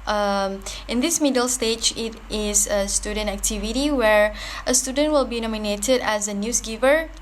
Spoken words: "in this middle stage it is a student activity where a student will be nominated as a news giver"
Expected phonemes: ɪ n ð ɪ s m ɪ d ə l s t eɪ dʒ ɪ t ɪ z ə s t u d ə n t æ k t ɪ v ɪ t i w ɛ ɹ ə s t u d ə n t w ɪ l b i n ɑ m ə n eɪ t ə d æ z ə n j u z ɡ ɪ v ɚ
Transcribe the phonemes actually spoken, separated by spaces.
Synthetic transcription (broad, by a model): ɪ n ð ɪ s m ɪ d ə l s t eɪ dʒ ɪ t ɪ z ə s t u d ə n t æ k t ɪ v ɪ t i w ɛ ɹ ə s t u d ə n t w ɪ l b i n ɑ m ə n eɪ t ə d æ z ə n j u s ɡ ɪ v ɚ